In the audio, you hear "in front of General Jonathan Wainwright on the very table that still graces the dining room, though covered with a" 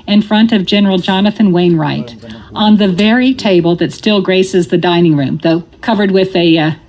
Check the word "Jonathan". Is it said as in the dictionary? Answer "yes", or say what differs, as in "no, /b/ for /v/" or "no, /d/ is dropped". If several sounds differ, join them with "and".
yes